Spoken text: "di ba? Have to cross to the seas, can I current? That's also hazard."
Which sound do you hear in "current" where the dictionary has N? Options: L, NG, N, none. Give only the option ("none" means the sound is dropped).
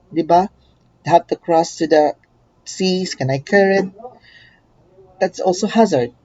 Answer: none